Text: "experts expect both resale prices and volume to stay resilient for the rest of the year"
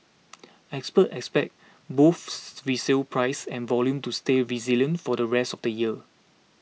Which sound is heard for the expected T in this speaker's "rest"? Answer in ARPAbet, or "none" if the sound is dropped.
T